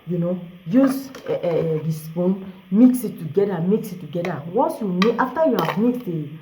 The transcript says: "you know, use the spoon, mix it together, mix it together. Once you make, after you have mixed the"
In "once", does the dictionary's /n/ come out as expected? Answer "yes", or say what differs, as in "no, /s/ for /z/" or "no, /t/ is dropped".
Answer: no, /n/ is dropped